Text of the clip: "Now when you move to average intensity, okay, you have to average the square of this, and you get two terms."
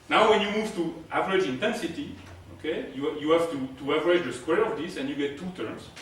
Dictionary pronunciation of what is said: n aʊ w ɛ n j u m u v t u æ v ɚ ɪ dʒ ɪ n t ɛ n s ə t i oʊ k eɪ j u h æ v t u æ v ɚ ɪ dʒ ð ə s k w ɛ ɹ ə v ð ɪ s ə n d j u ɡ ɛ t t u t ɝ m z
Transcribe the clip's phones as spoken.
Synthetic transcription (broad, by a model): n aʊ w ɛ n j u m u v t u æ v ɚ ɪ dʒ ɪ n t ɛ n s ə t i oʊ k eɪ j u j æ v t u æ v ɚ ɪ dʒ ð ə s k w ɛ ɹ ə v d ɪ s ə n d j u ɡ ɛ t t u t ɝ m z